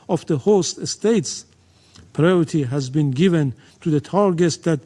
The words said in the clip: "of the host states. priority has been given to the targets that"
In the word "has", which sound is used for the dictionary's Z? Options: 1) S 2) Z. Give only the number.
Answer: 2